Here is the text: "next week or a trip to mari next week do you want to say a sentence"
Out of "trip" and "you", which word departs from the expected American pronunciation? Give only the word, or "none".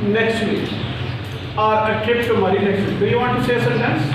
trip